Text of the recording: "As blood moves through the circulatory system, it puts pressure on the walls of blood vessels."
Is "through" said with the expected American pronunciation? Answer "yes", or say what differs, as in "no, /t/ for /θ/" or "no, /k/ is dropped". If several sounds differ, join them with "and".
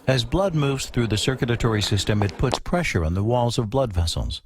yes